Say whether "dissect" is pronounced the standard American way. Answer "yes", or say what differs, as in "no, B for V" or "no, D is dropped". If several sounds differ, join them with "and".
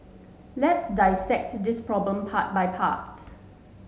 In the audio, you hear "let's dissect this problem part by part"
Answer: yes